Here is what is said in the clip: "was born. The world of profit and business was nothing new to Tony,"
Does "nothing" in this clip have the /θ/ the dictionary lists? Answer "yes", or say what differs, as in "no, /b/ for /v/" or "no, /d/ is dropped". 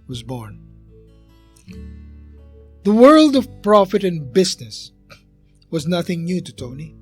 yes